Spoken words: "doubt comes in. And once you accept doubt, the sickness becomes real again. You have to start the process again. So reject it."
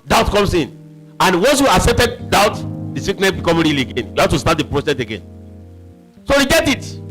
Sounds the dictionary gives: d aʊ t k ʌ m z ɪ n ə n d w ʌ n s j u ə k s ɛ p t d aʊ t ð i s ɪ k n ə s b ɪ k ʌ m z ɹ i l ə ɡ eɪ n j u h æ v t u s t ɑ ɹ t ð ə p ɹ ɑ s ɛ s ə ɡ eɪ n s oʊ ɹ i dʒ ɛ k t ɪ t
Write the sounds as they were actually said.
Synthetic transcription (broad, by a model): d aʊ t k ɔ m s ɪ n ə n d w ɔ n s j u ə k s ɛ p t d aʊ t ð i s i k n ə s b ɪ k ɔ m ɹ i l ə ɡ eɪ n j u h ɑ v t u s t ɑ t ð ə p ɹ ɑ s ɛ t ə ɡ eɪ n s oʊ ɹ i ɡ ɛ t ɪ t